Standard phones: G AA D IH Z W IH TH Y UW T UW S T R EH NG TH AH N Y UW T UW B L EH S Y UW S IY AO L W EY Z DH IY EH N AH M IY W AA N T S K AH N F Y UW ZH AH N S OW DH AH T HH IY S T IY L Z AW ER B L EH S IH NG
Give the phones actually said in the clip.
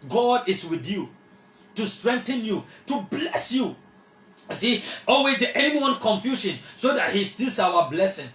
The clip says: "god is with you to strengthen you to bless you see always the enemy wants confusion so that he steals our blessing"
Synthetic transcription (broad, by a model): G AA D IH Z W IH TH Y UW T UW S T R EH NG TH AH N Y UW T UW B L EH S Y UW S IY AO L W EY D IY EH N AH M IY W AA N K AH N F Y UW SH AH N S OW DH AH T HH IY S T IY L S AW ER B L EH S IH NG